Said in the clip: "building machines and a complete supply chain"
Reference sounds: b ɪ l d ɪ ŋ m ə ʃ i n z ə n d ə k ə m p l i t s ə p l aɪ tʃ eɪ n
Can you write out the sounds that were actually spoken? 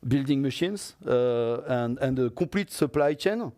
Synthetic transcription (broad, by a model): b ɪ l d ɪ ŋ m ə ʃ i n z ə n d ə k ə p l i t s ə p l aɪ tʃ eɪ n